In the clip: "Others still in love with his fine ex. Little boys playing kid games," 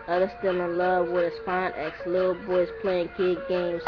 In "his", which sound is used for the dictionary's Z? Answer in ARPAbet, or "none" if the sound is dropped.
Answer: S